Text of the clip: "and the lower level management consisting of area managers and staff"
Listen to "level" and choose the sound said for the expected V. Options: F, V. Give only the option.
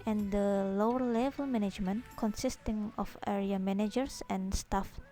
V